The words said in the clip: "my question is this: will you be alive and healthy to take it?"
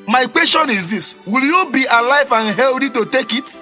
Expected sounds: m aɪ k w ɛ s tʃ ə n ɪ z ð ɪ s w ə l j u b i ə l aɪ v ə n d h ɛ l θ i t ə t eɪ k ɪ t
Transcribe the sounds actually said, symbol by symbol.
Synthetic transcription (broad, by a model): m aɪ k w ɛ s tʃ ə n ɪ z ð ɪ s w ə l j u b i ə l aɪ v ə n h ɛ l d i t ə t eɪ k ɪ t